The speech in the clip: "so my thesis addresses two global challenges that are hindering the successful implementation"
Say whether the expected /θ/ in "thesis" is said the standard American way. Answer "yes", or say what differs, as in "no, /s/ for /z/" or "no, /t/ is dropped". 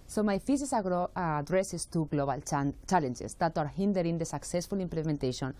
no, /f/ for /θ/